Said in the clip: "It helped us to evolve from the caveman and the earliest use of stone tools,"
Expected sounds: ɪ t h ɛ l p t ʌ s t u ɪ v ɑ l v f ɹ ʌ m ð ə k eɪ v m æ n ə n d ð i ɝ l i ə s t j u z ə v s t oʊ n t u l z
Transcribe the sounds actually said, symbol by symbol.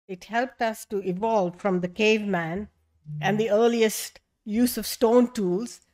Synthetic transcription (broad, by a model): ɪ t h ɛ l p t ʌ s t u ɪ v ɑ l v f ɹ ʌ m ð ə k eɪ v m æ n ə n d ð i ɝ l i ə s t j u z ə v s t oʊ n t u l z